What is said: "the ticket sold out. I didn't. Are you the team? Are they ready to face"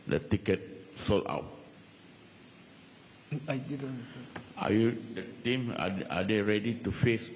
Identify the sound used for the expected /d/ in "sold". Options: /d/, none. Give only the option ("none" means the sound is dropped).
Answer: none